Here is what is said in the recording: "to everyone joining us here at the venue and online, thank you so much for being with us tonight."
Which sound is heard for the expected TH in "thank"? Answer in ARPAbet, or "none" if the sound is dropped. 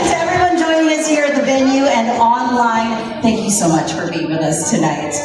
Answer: TH